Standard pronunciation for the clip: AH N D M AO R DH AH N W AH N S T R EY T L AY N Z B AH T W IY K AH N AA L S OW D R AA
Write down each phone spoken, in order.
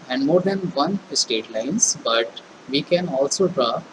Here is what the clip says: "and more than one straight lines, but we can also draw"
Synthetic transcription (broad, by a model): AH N D M AO R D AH N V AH N S T EY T L AY N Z B AH T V IY K AH N AA L S OW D R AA